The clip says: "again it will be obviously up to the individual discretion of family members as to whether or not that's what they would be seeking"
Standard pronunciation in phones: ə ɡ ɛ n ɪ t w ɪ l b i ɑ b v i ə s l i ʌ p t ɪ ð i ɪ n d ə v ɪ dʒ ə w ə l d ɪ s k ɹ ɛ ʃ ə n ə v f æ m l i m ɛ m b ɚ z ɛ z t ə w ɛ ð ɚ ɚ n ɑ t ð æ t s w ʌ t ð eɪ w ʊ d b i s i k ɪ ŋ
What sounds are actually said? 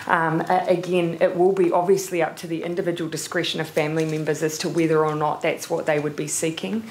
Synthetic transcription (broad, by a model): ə ɡ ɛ n ɪ t w ɪ l b i ɑ b v i ə s l i ʌ p t ɪ ð i ɪ n d ə v ɪ dʒ ə w ə l d ɪ s k ɹ ɛ ʃ ə n ə v f æ m l i m ɛ m b ɚ z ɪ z t ə w ɛ ð ɚ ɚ n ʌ t ð æ t s w ʌ t ð eɪ w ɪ d b i s i k ɪ ŋ